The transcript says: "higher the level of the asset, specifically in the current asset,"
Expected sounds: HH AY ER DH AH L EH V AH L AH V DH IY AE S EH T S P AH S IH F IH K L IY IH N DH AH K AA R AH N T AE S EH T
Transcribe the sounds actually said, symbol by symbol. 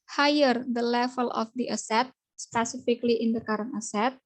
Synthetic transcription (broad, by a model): HH AY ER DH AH L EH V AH L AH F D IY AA S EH T S P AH S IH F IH K L IY IH N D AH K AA R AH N AA S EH T